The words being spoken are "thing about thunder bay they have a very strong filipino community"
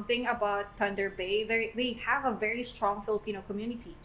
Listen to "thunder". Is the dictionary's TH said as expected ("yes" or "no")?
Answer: no